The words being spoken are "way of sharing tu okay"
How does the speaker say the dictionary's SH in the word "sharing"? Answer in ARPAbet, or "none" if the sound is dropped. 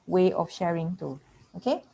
SH